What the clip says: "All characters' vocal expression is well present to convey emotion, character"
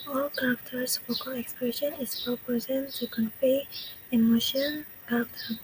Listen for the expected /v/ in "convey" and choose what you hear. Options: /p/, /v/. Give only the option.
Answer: /p/